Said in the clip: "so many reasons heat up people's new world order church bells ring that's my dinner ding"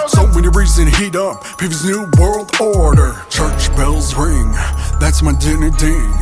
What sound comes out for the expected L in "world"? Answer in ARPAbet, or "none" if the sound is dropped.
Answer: L